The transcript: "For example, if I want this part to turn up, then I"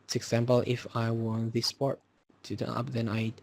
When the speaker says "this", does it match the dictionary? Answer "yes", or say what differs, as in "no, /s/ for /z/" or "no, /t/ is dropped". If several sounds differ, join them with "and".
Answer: yes